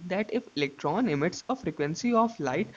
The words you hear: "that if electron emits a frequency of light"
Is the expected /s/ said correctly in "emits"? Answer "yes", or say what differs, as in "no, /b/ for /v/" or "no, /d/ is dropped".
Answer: yes